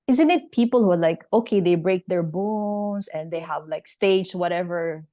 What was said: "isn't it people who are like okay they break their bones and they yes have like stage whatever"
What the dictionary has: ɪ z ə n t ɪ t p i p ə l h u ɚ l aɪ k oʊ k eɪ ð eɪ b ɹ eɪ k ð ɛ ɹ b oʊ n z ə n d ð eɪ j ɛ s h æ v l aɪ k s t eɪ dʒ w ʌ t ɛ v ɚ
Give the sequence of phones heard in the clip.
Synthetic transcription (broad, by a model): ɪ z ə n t ɪ t p i p ə l h u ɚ l aɪ k oʊ k eɪ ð eɪ b ɹ eɪ k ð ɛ ɹ b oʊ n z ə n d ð eɪ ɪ h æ v l aɪ k s t eɪ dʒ w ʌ t ɛ v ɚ